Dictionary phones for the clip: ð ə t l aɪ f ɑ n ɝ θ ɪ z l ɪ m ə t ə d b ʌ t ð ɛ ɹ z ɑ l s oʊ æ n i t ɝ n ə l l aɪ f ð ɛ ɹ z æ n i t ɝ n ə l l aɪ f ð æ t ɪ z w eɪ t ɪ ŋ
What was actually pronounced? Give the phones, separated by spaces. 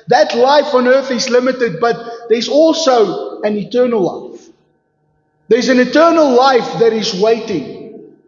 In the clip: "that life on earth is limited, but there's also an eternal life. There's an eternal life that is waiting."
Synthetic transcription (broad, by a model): ð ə t l aɪ f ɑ n ɝ θ ɪ z l ɪ m ə t ə d b ʌ t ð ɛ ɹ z ɑ l s oʊ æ n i t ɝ n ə l l aɪ f ð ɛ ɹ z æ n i t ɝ n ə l l aɪ f ð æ t ɪ z w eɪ t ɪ ŋ